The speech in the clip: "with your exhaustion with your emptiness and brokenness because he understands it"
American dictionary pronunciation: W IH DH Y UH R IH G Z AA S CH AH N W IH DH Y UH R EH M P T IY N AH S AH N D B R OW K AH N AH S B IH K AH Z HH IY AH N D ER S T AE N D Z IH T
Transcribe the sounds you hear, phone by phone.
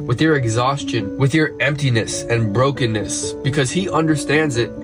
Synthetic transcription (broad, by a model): W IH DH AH R IH G Z AA S CH AH N W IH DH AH R EH M P T IY N AH S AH N B R OW K AH N AH S B IH K AH Z HH IY AH N D ER S T AE N D Z IH T